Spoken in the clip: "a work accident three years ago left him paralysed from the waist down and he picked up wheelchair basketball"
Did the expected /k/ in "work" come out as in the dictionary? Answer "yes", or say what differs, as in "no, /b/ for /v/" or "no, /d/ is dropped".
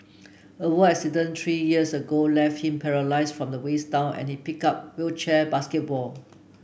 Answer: no, /k/ is dropped